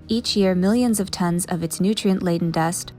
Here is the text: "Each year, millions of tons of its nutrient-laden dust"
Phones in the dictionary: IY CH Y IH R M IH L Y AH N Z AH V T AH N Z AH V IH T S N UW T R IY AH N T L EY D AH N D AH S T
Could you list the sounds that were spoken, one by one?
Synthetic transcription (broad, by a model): IY CH Y IH R M IH L Y AH N Z AH V T AH N Z AH V IH T S N UW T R IY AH N T L EY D N D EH S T